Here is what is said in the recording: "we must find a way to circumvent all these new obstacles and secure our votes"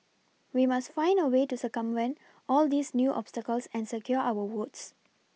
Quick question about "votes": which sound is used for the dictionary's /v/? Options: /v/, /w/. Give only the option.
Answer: /w/